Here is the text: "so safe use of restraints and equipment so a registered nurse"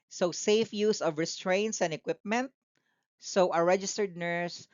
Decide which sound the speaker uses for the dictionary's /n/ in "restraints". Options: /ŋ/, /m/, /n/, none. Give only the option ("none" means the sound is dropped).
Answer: /n/